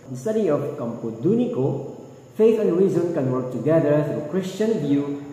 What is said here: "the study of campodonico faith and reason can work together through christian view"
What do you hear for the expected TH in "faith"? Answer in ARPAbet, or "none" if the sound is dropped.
T